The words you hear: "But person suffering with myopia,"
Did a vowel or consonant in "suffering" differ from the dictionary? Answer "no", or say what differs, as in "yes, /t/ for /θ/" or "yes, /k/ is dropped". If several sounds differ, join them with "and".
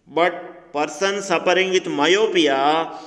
yes, /p/ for /f/